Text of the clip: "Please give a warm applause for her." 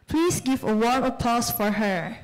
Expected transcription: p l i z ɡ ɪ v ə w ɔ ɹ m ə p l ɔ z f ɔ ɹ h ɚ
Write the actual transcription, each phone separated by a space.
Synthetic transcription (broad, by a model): p l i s ɡ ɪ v ə w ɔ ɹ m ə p ɔ s f ɔ ɹ h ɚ